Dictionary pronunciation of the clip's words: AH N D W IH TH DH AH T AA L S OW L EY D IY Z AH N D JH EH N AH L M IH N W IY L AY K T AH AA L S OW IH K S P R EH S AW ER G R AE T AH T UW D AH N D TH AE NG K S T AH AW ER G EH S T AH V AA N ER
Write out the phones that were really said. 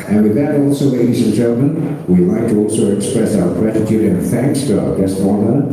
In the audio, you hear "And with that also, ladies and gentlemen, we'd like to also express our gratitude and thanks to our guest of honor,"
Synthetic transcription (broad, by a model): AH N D W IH DH AH T AA L S OW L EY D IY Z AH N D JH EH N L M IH N W IY L AY K T AH AA L S OW IH K S P R EH S AW ER G R AE T AH T UW D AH N TH AE NG K S T AH AW ER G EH S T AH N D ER